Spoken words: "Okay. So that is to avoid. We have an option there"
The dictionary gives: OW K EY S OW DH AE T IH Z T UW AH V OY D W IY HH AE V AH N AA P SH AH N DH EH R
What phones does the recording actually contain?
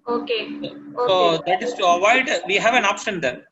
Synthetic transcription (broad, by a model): OW K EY S OW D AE T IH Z T UW AH V OY D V IY HH AE V AH N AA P S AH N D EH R